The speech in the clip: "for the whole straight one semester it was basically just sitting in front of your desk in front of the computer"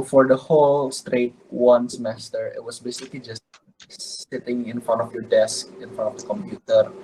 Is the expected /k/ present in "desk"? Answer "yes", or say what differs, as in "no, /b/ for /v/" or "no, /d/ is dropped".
yes